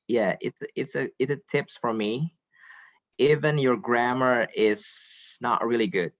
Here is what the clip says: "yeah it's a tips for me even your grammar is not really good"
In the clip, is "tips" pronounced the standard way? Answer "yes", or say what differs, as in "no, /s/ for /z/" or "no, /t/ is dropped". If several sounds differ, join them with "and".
yes